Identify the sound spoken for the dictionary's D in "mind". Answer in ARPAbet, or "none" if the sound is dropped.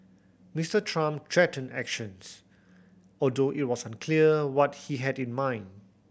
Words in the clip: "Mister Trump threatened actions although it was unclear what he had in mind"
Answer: D